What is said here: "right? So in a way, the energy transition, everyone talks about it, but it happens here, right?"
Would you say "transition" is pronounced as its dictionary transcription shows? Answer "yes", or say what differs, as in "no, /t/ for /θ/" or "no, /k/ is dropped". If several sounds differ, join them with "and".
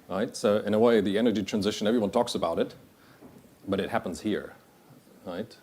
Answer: yes